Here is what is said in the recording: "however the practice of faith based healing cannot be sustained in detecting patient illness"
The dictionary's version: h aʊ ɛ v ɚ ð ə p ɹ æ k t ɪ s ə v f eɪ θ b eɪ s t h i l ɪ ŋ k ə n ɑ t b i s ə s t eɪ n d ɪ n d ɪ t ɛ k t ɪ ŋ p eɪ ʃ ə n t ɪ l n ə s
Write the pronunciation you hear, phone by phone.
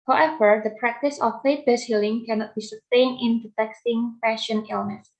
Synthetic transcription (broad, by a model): h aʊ ɛ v ɚ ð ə p ɹ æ k t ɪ s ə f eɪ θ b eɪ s h i l ɪ ŋ k ə n ɑ t b i s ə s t eɪ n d ɪ n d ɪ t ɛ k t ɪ ŋ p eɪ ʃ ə n ɪ l n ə s